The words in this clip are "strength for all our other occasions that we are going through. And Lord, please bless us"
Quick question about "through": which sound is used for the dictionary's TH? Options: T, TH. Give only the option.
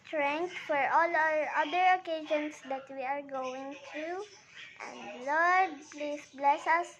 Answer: T